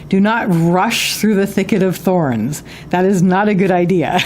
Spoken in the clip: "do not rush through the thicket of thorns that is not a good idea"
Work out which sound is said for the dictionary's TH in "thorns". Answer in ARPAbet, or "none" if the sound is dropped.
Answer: TH